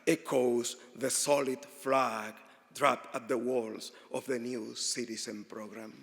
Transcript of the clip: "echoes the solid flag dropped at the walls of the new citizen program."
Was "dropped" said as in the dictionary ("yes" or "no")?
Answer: no